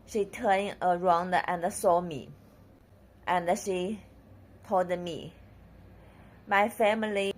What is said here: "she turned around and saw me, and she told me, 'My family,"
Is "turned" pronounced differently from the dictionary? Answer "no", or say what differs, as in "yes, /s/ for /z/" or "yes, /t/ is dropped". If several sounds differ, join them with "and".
yes, /d/ is dropped